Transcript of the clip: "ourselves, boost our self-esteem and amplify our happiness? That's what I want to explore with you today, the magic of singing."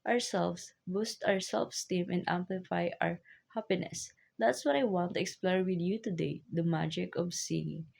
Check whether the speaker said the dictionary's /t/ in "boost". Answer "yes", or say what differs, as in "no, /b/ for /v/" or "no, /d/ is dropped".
yes